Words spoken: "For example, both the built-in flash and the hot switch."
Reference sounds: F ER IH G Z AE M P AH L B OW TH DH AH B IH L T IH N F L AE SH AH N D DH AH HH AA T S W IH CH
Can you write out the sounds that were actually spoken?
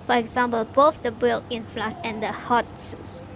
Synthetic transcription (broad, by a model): F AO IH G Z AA M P AH L B OW TH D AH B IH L IH N F L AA S AH N D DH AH HH AA T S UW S